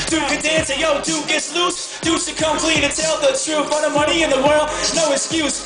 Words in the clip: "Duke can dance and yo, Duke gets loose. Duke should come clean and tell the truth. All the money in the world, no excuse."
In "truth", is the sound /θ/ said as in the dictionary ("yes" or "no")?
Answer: no